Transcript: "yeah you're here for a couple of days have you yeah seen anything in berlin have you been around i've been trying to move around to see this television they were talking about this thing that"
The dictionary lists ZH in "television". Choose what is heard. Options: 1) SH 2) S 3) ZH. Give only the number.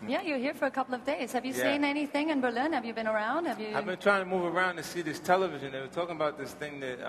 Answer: 3